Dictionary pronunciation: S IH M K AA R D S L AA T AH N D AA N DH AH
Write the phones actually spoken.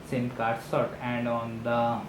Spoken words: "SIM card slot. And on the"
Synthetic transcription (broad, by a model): S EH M K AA R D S AA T AH N D AA N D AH